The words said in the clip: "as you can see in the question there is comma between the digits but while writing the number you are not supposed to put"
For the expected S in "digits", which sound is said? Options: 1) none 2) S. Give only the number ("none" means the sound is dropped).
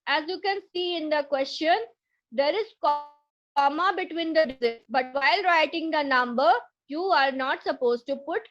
1